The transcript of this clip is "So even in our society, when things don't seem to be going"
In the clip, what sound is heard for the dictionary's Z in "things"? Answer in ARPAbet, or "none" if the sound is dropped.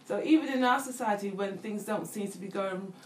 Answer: Z